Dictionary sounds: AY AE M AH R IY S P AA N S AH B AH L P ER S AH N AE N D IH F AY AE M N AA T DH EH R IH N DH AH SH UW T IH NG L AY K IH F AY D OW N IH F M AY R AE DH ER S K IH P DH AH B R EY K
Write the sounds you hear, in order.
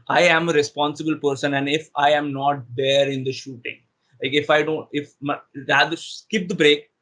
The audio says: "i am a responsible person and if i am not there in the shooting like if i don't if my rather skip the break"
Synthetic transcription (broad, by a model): AY AE M AH R IY S P AA N S AH B AH L P ER S AH N AE N D IH F AY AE M N AA T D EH R IH N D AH SH UW T IH NG L AY K IH F AY D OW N IH F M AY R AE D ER S K IH P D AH B R EY K